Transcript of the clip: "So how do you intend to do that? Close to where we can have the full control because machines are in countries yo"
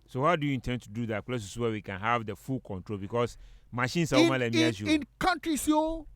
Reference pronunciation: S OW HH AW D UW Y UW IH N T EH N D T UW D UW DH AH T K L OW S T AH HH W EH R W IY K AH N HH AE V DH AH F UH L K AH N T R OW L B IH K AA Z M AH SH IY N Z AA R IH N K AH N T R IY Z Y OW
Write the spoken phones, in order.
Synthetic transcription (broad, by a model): S OW HH AW D UW Y UW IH N T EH N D T UW D UW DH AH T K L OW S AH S W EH W IY K AH N HH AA V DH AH F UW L K AH N T R OW L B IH K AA S M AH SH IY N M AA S IH N K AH N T R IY S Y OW